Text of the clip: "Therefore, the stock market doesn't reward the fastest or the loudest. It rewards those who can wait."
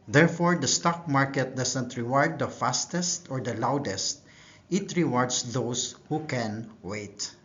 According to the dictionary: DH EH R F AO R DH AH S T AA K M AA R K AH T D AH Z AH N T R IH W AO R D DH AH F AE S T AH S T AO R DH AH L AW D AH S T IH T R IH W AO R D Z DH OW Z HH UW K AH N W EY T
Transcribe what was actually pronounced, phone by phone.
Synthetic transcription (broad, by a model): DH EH R F AO R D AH S T AA K M AA R K AH T D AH S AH N T R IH W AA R D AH F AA S T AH S T AO R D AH L AW D AH S T IH T R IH W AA R D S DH OW S HH UW K AH N W EY T